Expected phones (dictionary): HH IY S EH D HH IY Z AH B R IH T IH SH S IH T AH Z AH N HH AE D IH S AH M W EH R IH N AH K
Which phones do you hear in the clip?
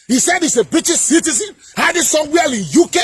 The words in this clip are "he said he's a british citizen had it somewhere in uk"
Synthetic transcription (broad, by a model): HH IY S EH D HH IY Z AH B R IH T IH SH S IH T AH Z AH N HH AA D IH S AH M W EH L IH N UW K